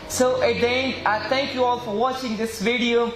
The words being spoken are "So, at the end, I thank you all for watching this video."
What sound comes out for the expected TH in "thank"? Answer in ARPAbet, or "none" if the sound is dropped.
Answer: T